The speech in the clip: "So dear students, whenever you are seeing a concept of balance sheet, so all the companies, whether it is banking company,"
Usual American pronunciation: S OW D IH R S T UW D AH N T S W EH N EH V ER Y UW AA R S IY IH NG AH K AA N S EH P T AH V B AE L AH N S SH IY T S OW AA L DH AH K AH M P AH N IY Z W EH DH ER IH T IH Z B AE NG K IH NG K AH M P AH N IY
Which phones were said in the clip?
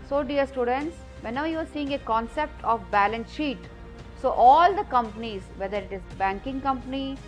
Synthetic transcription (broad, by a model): S OW D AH R S T UW D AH N T S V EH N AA UH Y UW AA R S IY IH NG AH K AA N S EH P T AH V B AE L AH N S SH IY T S OW AA L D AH K AH M P AH N IY Z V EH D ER IH T IH Z B AE NG K IH NG K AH M P AH N IY